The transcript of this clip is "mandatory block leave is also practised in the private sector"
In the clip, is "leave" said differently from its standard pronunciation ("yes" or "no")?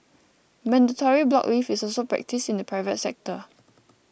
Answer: yes